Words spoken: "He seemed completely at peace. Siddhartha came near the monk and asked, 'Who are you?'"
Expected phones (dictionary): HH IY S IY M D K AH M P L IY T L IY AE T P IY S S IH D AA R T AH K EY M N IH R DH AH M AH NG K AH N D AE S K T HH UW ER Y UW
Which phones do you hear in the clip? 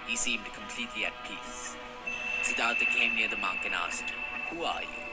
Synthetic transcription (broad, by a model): HH IY S IY M D K AH M P L IY T L IY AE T P IY S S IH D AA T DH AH K EY M N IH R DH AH M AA K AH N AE S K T HH UW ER Y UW